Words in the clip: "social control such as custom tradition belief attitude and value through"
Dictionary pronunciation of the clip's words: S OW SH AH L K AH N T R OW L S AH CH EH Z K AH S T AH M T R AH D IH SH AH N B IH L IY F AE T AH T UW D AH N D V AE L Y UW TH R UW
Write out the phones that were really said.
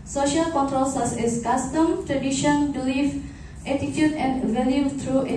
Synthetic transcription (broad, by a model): S OW SH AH L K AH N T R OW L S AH S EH S K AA S T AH M T R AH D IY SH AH N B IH L IY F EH T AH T UW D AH N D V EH L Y UW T R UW